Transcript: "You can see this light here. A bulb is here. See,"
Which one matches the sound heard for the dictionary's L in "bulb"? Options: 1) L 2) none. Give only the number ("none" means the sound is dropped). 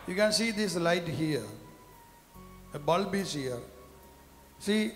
1